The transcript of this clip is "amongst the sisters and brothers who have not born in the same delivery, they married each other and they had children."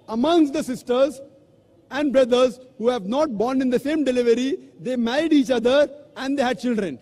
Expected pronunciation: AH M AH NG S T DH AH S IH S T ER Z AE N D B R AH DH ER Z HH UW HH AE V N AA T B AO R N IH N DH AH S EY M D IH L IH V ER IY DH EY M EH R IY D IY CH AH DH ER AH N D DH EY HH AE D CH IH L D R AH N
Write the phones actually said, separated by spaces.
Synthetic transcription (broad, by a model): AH M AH NG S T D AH S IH S T ER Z AE N D B R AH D ER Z HH UW HH AE V N AA T B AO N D IH N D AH S EY M D IH L IH V ER IY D EY M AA IY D IY CH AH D ER AH N D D EY HH AE D CH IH L D R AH N